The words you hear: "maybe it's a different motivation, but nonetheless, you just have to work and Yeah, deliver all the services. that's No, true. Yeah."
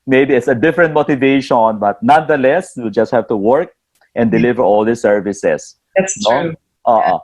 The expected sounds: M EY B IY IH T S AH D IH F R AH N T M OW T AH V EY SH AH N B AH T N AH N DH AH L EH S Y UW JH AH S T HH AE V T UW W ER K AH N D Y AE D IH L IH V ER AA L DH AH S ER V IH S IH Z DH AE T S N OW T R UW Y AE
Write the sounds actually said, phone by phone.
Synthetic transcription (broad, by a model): M EY B IY IH T S AH D IH F R AH N T M OW T AH V EY SH AH N B AH T N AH N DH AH L EH S Y UW JH AH S T HH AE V T UW W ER K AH N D D IH L IH V ER AA L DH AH S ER V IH S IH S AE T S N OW T AO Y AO